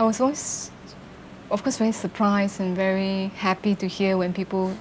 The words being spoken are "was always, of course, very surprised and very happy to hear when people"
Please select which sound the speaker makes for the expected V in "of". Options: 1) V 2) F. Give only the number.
2